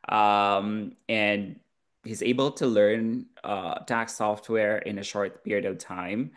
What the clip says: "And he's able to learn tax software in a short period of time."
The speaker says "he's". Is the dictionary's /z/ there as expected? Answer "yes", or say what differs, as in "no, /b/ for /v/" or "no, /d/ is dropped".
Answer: yes